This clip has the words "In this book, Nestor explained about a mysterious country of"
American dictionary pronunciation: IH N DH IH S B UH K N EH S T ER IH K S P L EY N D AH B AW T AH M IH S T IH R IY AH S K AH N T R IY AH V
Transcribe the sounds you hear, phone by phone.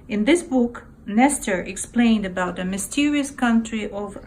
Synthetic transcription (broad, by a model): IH N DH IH S B UH K N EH S T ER IH K S P L EY N D AH B AW T AH M IH S T IH R IY AH S K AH N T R IY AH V